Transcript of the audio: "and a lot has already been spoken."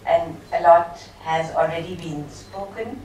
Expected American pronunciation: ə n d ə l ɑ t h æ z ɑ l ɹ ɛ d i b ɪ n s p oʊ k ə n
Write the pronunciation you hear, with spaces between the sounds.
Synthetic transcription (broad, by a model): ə n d ə l ɑ t h æ z ɑ l ɹ ɛ d i b ɪ n s p oʊ k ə n